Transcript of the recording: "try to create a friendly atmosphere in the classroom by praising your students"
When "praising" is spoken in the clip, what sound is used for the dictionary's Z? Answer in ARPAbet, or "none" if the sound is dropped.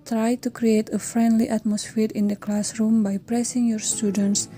S